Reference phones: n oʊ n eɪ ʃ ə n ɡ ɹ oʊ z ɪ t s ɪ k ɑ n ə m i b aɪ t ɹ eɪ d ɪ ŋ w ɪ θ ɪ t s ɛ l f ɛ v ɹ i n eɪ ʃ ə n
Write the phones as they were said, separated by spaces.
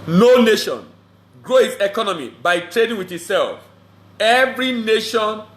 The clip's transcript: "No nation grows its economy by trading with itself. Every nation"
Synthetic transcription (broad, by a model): n oʊ n eɪ ʃ ə n ɡ ɹ oʊ ɪ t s ɪ k ɑ n ə m i b aɪ t ɹ eɪ d ɪ ŋ w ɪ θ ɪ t s ɛ l f ɛ v ɹ i n eɪ ʃ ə n